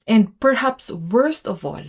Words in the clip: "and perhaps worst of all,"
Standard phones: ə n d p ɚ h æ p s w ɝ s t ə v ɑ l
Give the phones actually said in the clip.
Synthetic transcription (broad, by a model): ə n d p ɚ h æ p s w ɝ s t ə v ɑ l